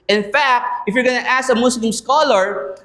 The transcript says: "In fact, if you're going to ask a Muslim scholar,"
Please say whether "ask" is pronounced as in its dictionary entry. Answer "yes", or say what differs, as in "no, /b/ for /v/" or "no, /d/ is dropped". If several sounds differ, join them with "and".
no, /k/ is dropped